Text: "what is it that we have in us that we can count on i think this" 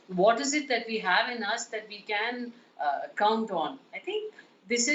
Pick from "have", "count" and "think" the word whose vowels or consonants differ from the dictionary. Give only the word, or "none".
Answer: think